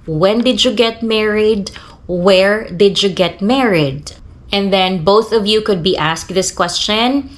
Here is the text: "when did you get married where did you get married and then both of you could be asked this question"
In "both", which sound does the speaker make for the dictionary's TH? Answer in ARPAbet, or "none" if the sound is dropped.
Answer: TH